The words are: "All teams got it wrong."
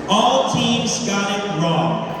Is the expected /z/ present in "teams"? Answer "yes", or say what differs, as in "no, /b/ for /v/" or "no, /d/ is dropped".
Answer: yes